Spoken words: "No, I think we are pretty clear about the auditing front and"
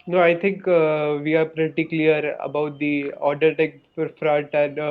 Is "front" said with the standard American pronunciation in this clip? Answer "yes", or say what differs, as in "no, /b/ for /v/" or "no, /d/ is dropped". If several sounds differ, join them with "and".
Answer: no, /n/ is dropped